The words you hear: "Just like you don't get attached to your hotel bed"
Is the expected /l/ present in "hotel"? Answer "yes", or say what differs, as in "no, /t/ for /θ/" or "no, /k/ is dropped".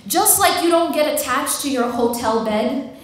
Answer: yes